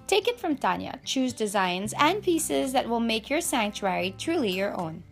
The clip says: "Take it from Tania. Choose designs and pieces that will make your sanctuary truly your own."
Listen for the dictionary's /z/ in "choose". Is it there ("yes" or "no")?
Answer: yes